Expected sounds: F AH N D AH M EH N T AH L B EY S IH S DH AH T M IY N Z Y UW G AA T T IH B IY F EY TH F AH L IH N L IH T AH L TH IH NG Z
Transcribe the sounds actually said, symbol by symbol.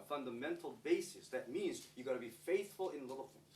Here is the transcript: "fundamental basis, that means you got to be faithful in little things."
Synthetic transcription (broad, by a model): F AH N D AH M EH N T L B EY S IH S DH AH T M IY N Z Y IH G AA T T IH B IY F EY TH F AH L IH N L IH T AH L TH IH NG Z